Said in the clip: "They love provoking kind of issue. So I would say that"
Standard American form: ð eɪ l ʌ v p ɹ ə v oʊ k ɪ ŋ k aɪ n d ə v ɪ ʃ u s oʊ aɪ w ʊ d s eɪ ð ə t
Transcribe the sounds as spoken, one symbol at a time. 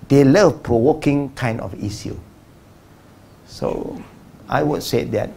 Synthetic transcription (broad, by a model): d eɪ l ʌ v p ɹ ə w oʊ k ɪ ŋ k aɪ n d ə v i s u s oʊ aɪ w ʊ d s eɪ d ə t